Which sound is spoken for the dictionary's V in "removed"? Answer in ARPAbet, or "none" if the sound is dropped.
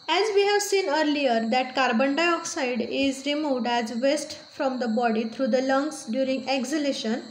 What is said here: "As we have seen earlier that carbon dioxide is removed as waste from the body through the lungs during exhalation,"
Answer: V